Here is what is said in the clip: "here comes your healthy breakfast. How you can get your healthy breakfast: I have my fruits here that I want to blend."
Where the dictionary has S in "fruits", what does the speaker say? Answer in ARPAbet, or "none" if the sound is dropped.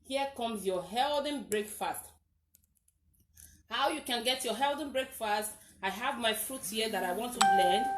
none